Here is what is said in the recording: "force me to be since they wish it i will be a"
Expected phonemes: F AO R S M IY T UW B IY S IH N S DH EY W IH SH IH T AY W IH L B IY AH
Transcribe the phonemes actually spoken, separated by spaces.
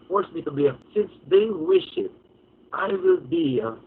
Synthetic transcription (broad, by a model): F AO R S M IY T UW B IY S IH N S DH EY W IH SH IH T AY W IH L B IY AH